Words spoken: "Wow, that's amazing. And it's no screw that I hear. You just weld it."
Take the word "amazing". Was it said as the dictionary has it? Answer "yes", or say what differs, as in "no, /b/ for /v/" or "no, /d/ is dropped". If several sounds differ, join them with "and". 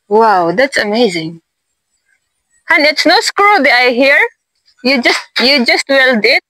yes